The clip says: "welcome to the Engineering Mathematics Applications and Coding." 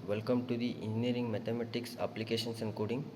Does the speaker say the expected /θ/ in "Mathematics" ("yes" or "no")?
no